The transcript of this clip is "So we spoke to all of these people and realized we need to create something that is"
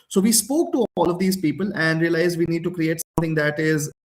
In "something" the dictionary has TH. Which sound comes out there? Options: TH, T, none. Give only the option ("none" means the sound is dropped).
T